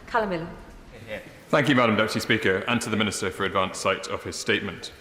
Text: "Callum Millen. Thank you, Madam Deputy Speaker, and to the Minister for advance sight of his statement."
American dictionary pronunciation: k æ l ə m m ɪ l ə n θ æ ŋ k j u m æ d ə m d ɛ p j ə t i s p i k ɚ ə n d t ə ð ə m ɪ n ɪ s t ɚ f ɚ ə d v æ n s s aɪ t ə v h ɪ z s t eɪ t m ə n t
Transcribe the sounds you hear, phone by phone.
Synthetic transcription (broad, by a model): k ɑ l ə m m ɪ l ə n θ æ ŋ k j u m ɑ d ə m d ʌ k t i s p i k ɚ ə n t ə ð ə m ɪ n ɪ s t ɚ f ɚ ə d v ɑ n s s aɪ t ə v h ɪ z s t eɪ t m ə n t